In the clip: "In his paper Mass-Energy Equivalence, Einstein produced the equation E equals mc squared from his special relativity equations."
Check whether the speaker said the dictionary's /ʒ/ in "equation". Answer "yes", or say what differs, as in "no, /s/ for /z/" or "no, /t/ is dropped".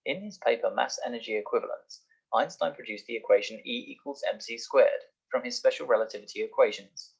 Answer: yes